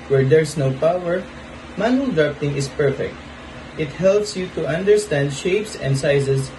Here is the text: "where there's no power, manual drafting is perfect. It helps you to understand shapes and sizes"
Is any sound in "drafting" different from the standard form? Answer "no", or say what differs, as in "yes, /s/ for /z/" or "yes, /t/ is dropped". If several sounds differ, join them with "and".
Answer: yes, /p/ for /f/